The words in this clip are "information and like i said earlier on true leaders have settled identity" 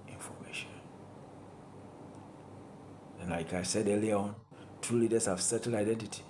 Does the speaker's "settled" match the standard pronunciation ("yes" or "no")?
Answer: no